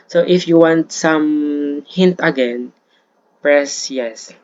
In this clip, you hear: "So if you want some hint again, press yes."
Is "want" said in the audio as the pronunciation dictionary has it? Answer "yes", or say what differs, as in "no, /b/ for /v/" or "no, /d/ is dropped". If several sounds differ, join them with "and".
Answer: yes